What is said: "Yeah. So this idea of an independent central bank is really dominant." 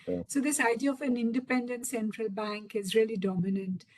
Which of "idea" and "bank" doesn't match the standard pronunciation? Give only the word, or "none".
none